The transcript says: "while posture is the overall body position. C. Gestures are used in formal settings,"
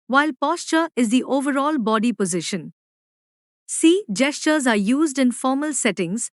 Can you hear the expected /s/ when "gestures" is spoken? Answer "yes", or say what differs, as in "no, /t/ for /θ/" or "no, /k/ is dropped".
yes